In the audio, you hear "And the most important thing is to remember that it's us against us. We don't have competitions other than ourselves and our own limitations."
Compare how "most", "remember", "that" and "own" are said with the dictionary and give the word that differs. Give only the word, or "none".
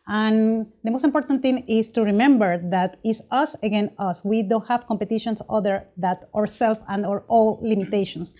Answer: own